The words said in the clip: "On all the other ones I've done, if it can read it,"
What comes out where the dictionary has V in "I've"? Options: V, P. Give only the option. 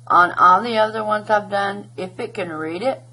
P